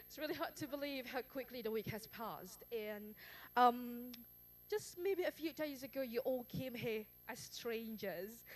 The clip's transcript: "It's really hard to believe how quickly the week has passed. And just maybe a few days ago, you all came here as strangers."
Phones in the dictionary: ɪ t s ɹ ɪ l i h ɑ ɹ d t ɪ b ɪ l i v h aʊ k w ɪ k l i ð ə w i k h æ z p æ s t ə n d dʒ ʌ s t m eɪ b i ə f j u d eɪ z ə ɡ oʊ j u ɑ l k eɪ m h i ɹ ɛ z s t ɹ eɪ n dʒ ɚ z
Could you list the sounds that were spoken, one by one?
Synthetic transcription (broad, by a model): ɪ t s ɹ ɪ l i h ɑ ɹ d t ɪ b ɪ l i v h aʊ k w ɪ k l i ð ə w i k h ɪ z p æ s t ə n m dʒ ʌ s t m eɪ b i ə f j u d eɪ z ə ɡ oʊ j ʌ ɑ l k eɪ m h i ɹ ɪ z s t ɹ eɪ n dʒ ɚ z